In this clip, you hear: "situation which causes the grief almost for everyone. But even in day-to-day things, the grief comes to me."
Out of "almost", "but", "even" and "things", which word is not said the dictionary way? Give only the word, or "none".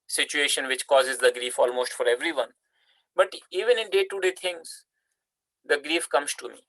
things